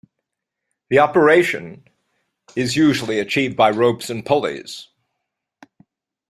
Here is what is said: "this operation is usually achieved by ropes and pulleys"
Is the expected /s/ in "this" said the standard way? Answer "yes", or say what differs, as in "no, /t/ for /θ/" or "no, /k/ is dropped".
no, /s/ is dropped